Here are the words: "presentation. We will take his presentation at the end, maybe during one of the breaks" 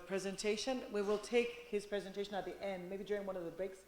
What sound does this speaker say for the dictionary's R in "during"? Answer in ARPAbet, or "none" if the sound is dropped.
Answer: R